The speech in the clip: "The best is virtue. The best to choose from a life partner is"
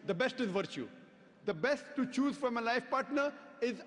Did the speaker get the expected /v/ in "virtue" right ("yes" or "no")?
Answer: yes